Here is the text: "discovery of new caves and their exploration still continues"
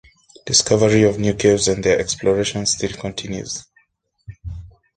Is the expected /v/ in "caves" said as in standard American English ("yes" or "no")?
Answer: no